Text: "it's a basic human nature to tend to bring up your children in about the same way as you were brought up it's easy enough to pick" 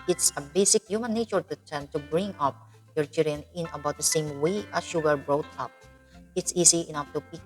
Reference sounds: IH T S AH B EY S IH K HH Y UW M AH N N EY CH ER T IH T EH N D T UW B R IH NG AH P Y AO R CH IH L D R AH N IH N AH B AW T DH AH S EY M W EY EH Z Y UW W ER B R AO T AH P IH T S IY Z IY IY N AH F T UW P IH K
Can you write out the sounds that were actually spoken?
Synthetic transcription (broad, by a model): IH T S AH B EY S IH K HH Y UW M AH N N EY CH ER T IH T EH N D T UW B R IH NG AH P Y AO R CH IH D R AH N IH N AH B AW T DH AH S EY M W EY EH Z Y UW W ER B R AO T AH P IH T S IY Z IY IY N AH F T UW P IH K